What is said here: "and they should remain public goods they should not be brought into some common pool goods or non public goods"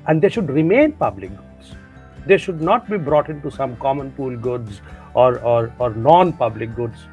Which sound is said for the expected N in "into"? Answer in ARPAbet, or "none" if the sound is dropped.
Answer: N